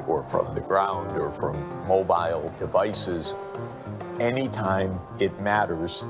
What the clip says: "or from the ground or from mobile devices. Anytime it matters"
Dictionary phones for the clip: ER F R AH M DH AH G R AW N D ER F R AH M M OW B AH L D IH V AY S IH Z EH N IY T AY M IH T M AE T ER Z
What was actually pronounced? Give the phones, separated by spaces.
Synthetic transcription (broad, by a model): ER F R AH M DH AH G R AW N D ER F R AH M M OW B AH L D IH V AY S IH Z EH N IY T AY M IH T M AE T ER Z